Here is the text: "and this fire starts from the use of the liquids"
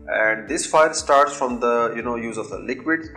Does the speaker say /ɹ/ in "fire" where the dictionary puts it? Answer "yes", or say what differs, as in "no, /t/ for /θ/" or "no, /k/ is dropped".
no, /l/ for /ɹ/